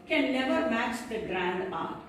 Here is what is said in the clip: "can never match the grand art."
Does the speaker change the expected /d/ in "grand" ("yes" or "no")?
no